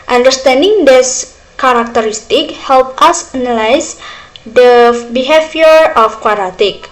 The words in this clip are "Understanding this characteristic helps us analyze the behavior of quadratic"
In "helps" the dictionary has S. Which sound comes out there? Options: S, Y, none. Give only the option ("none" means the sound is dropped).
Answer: none